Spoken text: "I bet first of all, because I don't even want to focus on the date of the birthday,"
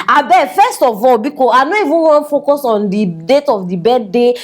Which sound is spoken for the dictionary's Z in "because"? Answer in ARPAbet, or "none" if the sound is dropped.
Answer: none